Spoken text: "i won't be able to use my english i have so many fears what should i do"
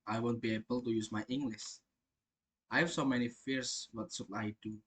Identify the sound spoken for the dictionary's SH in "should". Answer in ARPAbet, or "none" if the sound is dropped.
S